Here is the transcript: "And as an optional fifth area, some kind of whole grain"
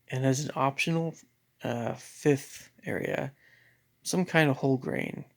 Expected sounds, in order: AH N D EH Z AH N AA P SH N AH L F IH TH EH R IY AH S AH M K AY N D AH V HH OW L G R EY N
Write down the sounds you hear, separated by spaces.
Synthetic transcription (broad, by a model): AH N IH Z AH N AA P SH N AH F IH TH EH R IY AH S AH M K AY N D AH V HH OW L G R EY N